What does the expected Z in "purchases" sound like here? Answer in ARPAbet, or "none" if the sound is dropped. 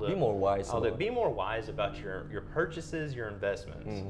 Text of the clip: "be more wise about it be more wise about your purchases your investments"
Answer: Z